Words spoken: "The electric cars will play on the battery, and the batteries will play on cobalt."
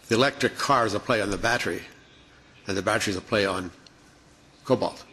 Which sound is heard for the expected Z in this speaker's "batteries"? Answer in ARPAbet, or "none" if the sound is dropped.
Z